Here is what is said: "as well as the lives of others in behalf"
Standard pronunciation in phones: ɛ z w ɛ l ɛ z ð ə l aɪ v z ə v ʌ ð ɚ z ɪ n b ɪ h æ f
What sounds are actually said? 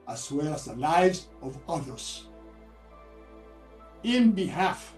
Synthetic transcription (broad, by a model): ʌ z w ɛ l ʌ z ð ə l aɪ v z ə v ʌ ð ɚ z ɪ n b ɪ h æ f